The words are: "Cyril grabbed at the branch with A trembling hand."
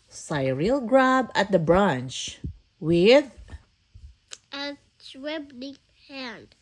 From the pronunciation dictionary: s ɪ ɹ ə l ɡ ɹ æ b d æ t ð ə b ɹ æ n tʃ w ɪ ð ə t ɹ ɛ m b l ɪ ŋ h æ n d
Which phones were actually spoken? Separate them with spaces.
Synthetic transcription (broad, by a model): s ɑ ɹ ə l ɡ ɹ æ b æ t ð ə b ɹ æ n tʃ w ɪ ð ə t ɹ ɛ b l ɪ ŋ h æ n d